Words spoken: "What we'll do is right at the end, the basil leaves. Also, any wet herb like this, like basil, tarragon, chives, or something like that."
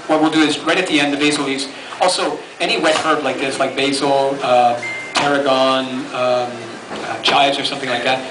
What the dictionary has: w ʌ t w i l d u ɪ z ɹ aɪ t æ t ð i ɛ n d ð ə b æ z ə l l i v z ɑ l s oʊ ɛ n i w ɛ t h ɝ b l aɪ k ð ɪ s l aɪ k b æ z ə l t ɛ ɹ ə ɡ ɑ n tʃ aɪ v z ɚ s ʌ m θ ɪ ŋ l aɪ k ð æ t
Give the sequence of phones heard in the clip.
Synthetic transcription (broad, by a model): w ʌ t w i l d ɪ ɪ z ɹ aɪ t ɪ t ð i ɛ n d ð ə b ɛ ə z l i z ɑ l s oʊ ɛ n i w ɛ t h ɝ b l aɪ k ð ɪ s l aɪ k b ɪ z ə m t ɛ ɹ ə ɡ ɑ n tʃ aɪ z ɚ s ʌ m θ ɪ ŋ l aɪ k ð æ t